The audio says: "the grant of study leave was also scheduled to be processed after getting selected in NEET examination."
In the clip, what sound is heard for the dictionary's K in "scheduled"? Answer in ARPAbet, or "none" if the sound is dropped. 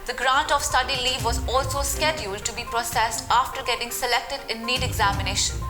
K